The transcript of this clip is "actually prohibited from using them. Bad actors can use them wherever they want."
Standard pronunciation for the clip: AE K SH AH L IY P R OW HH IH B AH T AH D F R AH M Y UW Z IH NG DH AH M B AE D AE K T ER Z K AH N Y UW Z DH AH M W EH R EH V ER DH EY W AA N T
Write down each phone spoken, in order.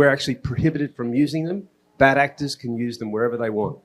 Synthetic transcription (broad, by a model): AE K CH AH L IY P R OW HH IH B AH T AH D F R AH M Y UW Z IH NG DH AH M B AE D AE K T ER Z K AH N Y UW Z DH AH M W EH R EH V ER DH EY W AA N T